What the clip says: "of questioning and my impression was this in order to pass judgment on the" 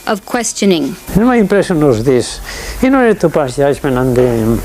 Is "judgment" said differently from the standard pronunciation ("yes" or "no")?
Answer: yes